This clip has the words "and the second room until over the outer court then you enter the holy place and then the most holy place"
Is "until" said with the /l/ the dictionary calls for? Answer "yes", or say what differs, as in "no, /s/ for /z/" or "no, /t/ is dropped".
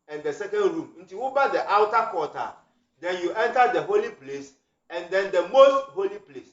no, /w/ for /l/